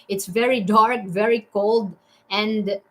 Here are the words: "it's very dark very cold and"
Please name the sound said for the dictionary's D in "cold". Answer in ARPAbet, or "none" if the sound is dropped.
D